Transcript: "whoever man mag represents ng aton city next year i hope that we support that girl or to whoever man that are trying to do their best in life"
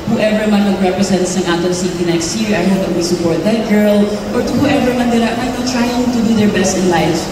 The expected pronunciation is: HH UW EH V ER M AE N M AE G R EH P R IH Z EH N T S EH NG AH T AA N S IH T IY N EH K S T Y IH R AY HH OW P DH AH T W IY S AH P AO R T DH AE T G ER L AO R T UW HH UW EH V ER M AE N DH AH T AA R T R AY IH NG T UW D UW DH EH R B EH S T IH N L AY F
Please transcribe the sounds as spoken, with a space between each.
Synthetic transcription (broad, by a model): HH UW EH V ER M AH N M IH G R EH P R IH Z EH N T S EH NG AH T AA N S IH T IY N EH K S T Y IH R AY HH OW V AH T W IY S AH P AO R T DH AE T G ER L AO R T UW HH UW EH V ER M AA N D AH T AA L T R AY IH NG T UW D UW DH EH R B EH S T IH N L AY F